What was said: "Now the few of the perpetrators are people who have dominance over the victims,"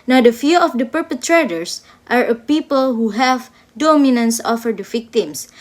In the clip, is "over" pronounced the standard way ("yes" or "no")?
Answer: no